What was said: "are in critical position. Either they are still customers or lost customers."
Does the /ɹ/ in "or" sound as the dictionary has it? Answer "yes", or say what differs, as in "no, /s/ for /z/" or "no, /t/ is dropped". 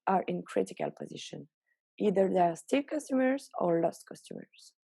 yes